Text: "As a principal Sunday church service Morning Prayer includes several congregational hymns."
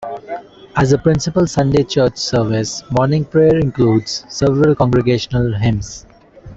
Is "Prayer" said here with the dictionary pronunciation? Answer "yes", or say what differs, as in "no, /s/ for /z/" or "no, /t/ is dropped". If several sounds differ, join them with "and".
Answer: yes